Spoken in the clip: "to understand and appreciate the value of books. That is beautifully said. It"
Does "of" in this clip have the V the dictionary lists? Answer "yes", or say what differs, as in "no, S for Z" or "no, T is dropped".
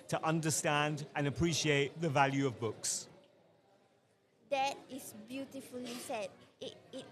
yes